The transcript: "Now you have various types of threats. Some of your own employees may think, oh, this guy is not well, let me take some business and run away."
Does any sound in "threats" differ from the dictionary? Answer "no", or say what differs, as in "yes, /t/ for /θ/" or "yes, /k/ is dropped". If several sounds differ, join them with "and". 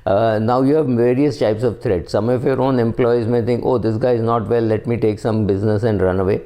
yes, /t/ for /θ/